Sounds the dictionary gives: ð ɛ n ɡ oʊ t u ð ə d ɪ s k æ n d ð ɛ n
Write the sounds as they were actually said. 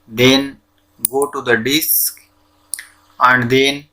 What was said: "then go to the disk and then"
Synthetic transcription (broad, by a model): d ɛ n ɡ oʊ t u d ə d ɪ s k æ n d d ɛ n